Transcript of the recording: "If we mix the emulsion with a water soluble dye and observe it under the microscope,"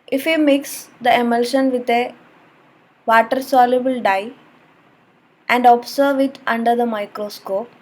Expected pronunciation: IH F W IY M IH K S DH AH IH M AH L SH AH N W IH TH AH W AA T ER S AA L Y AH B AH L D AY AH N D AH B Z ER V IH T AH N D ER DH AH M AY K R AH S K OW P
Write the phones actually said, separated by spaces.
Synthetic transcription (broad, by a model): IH F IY M IH K S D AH IH M AH L SH AH N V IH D AH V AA T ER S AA L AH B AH L D AY AH N D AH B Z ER V IH T AH N D ER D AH M AY K R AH S K OW P